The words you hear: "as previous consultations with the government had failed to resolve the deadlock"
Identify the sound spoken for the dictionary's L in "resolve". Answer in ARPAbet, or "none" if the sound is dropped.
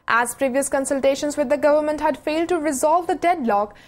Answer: L